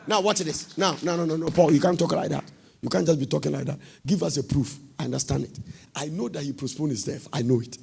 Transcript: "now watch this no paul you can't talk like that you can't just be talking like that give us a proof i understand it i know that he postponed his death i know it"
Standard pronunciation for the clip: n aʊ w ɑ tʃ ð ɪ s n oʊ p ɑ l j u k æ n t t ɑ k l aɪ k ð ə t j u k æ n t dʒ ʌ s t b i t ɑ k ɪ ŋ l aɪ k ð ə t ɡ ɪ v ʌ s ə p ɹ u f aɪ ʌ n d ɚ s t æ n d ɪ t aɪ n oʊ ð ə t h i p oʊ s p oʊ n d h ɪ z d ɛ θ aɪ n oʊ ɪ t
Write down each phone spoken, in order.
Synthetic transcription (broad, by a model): n aʊ w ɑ s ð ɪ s n oʊ p ɑ l j u k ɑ n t t ɑ k l aɪ k ð ə t j u k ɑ n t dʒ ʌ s b i t ɑ k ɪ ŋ l aɪ k ð ə t ɡ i v ʌ s ə p ɹ u f aɪ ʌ n d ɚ s t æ n d ɪ t aɪ n oʊ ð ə t h i p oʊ s p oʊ n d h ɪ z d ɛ f aɪ n oʊ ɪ t